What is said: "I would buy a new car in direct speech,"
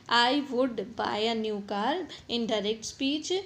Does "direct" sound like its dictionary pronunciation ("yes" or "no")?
yes